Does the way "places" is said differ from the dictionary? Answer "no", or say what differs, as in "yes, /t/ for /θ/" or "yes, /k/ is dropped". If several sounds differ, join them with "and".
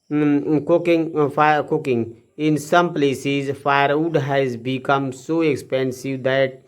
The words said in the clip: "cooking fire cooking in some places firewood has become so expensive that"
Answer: no